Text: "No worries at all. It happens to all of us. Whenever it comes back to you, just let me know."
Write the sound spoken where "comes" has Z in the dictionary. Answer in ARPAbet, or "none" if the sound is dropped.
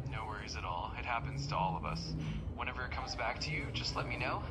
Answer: Z